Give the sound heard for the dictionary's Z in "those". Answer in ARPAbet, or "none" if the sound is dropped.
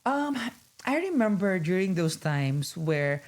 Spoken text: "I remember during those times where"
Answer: S